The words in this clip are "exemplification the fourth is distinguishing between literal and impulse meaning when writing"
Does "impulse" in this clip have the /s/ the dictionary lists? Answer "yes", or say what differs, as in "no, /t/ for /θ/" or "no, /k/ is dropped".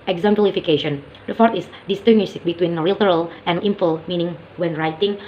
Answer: no, /s/ is dropped